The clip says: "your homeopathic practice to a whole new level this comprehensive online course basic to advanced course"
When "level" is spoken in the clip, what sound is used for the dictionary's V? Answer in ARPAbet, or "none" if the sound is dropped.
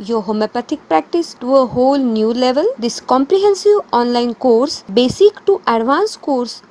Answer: V